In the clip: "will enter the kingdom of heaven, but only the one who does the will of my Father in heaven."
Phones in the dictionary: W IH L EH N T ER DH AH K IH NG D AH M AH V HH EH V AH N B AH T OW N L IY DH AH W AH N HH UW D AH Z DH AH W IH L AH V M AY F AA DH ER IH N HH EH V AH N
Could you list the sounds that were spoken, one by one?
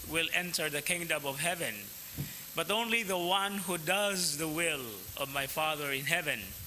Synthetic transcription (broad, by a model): W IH L EH N T ER DH AH K IH NG D AH M AH V HH EH V AH N B AH T OW N L IY DH AH W AH N HH UW D AH Z DH AH W IH L AH V M AY F AA DH ER IH N HH EH V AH N